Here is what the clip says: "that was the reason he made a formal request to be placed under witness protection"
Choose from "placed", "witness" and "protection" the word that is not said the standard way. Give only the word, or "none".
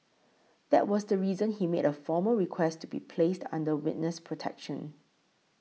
none